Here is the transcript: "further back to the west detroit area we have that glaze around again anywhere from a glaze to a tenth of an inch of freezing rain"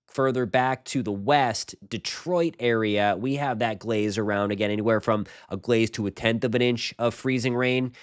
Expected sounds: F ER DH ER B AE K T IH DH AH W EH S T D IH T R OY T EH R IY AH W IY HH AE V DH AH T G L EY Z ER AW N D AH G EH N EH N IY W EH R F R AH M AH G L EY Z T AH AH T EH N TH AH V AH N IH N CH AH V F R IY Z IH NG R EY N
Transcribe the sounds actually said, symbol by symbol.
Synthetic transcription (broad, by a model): F ER DH ER B AE K T IH DH AH W EH S T D IH T R OY T EH R IY AH W IY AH V DH AH T G L EY Z ER AW N D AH G EH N EH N IY W EH R F R AH M AH G L EY Z T AH AH T EH N TH AH V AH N IH N CH AH V F R IY Z IH NG R EY N